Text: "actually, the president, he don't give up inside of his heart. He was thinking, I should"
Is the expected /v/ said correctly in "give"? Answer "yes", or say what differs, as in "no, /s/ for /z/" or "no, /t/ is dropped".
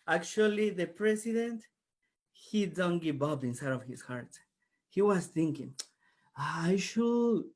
no, /b/ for /v/